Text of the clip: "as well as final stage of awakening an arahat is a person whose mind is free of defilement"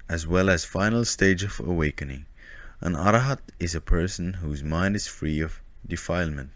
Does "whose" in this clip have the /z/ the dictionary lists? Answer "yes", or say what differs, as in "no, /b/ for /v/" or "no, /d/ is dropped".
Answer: yes